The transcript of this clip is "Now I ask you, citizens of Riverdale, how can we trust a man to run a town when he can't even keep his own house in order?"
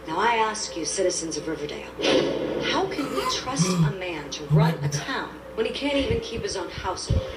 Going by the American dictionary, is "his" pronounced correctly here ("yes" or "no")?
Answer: yes